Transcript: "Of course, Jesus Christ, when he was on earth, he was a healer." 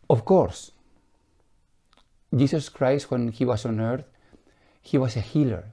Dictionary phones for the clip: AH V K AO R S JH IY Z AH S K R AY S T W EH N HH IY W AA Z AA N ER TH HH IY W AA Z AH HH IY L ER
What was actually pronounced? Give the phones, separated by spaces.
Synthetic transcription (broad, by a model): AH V K AO R S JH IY S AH S K R AY S T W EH N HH IY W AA S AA N ER TH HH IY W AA S AH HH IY L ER